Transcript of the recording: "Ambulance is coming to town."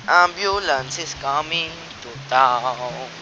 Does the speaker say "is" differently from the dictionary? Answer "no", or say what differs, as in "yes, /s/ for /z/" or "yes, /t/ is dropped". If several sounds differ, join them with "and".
yes, /s/ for /z/